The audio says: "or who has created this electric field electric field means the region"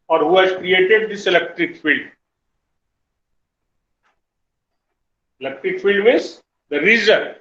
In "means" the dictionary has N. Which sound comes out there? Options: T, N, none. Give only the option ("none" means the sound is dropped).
none